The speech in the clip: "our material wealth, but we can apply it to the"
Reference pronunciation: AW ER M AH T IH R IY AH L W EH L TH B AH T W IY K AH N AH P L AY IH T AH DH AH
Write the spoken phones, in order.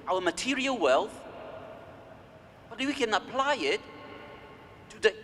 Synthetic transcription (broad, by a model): AW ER M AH T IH R IY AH L W EH L TH B AH T W IY K AH N AH P L AY IH T AH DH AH